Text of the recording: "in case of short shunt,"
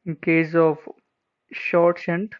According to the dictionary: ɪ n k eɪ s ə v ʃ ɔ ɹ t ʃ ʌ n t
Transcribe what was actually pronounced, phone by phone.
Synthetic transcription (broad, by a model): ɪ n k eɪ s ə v ʃ ɔ ɹ t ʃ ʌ n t